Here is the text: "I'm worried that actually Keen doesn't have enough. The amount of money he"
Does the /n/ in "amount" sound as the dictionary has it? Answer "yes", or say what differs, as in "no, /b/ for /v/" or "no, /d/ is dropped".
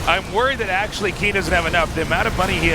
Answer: no, /n/ is dropped